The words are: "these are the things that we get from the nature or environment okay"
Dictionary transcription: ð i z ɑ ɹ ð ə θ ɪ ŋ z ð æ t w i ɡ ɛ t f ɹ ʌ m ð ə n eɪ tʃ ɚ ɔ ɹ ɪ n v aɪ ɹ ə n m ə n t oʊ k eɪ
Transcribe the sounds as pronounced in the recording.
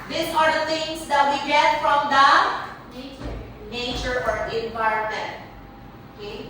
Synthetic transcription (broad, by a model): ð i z ɑ ɹ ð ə t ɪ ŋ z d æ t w i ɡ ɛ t f ɹ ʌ m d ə n eɪ tʃ ɚ ɔ ɹ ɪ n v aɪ ə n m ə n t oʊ k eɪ